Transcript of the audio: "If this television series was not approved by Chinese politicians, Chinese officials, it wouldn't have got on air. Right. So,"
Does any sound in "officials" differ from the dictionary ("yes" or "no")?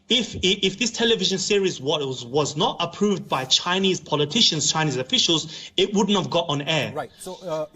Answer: no